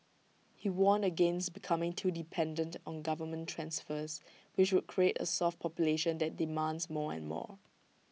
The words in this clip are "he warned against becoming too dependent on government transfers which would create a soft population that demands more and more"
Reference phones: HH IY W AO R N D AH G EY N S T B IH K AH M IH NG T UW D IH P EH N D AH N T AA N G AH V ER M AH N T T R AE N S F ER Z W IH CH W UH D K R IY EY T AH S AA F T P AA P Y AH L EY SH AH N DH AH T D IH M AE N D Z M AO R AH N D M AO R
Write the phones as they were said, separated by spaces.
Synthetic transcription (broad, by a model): HH IY W AO N AH G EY N S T B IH K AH M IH NG T UW D IH P EH N D AH N T AA N G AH V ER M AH N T T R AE N S F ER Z W IH CH W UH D K R IY EY T AH S AA F T P AA P Y AH L EY SH AH N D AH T D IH M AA N D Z M AO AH N M AO